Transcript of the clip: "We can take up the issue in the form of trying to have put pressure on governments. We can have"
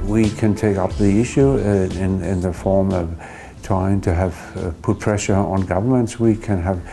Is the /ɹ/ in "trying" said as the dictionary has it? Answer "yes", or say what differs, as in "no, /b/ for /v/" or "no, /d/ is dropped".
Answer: no, /ɹ/ is dropped